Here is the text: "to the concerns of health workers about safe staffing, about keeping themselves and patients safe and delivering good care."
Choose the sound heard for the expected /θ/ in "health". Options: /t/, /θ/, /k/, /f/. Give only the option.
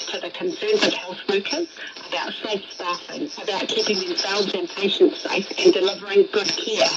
/θ/